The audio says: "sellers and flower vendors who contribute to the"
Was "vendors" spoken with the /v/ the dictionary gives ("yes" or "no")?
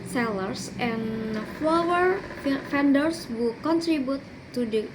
no